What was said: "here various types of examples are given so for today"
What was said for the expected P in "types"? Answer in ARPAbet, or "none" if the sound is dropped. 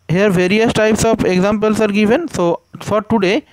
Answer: P